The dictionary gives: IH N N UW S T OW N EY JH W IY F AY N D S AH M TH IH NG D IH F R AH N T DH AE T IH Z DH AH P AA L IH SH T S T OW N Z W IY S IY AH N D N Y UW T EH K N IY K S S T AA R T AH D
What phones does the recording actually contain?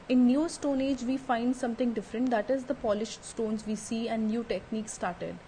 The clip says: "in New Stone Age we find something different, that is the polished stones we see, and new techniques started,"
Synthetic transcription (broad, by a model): IH N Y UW S T OW N EY JH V IY F AY N D S AH M T IH NG D IH F R AH N T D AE T IH Z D AH P AA L IH SH T S T OW N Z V IY S IY AH N D N Y UW T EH K N IY K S S T AA R T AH D